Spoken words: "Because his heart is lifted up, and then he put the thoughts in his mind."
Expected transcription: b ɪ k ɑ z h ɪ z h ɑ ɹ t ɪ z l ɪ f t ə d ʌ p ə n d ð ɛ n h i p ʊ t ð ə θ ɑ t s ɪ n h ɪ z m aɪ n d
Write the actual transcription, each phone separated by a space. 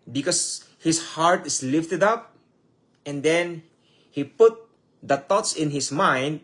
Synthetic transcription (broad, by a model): b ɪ k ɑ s h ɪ s h ɑ ɹ t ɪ s l ɪ f t ə d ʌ p ə n d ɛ n h i p ʊ t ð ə t ɑ t s ɪ n h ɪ s m aɪ n d